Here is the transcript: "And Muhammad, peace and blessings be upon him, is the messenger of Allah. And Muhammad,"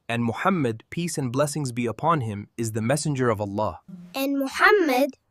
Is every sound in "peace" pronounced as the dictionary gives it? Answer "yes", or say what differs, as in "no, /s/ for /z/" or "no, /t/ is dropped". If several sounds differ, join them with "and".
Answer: yes